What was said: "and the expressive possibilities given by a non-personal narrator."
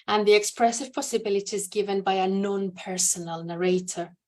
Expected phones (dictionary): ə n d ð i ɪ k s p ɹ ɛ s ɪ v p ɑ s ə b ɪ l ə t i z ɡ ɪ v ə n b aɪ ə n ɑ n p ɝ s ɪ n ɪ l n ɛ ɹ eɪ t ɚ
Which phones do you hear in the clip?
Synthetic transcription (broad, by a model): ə n ð i ɪ k s p ɹ ɛ s ɪ v p ɑ s ə b ɪ l ə t i z ɡ ɪ v ə n b aɪ ə n ɑ n p ɝ s ɪ n ɪ l n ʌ ɹ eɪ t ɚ